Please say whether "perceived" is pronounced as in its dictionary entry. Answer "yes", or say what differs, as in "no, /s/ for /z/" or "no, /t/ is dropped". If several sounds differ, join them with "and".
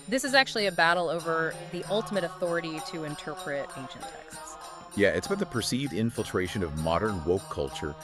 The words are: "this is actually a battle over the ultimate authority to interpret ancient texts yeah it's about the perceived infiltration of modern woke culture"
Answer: yes